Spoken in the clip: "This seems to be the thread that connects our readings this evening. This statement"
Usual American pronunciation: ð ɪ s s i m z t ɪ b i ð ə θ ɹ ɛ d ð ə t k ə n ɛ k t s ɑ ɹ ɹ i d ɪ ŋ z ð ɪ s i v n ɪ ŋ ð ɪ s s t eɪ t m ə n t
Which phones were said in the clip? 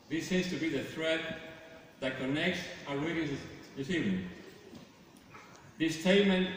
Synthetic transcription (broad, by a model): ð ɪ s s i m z t ɪ b i ð ə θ ɹ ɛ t ð ə t k ə n ɛ k t s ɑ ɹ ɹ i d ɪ z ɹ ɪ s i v ɪ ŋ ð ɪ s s t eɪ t m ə n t